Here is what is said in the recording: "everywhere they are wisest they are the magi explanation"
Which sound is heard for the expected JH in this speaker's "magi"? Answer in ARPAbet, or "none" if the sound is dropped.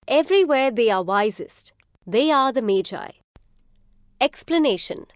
JH